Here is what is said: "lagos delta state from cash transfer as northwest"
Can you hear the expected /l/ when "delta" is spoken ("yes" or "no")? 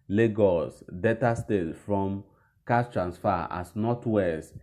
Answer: no